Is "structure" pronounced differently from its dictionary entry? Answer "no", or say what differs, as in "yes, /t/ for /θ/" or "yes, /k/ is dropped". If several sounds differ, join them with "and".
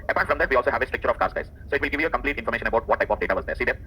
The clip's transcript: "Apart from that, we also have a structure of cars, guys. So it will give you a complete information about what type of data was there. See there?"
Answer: yes, /ɹ/ is dropped